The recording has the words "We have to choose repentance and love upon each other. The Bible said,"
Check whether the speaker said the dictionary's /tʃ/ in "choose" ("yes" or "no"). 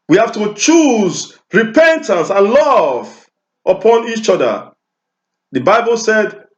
yes